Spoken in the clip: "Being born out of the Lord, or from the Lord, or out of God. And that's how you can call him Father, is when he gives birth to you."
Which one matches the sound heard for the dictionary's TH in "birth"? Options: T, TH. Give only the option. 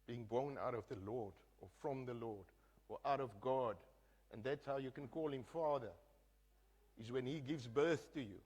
TH